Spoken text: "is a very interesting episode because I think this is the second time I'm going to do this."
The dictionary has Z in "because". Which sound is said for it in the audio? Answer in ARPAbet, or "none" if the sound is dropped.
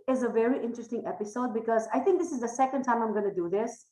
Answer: Z